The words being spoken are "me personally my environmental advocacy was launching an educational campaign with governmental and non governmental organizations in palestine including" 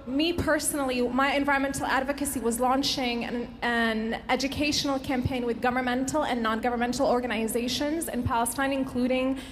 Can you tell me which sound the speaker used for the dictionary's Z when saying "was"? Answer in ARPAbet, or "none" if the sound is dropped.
Z